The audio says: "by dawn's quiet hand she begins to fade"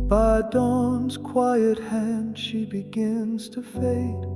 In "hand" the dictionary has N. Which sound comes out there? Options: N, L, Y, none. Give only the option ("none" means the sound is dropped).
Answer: N